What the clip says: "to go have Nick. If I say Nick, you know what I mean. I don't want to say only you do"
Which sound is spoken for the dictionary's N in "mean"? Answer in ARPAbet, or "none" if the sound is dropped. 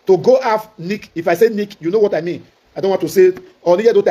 N